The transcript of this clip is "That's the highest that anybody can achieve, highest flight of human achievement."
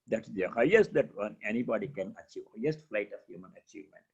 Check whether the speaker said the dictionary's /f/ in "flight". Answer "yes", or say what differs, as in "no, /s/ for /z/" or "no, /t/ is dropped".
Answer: yes